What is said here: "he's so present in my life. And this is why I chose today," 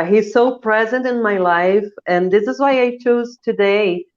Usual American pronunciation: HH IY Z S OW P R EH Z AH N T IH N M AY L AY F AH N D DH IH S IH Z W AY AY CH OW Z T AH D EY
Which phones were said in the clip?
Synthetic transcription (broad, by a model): HH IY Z S OW P R EH Z AH N T IH N M AY L AY F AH N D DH IH S IH Z W AY AY CH OW Z T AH D EY